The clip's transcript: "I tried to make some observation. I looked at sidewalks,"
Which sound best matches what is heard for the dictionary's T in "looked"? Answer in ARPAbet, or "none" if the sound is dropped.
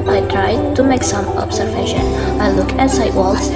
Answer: none